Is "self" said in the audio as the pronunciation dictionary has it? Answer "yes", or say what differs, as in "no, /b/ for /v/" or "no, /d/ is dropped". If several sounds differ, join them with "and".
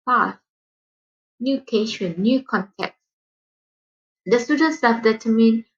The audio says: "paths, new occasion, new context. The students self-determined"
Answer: no, /l/ is dropped